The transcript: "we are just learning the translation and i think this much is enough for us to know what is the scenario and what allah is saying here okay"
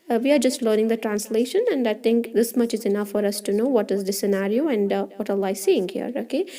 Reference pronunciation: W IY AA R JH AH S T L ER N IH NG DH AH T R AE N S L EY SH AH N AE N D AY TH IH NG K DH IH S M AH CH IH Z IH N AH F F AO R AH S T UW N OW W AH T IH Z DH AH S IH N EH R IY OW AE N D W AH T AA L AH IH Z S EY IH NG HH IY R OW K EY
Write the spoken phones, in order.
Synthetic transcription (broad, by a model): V IY AA R JH AH S T L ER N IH NG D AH T R AE N S L EY SH AH N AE N D AY T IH NG K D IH S M AH CH IH Z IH N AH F F AO R AH S T UW N OW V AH T IH Z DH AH S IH N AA R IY OW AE N D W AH T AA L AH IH S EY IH NG HH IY R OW K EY